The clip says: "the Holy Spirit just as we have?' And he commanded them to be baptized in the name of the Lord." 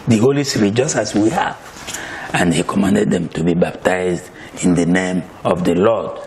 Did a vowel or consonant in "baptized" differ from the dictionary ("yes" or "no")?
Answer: no